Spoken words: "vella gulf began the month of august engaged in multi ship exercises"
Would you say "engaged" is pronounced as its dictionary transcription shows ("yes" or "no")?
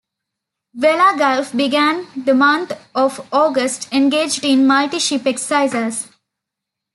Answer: yes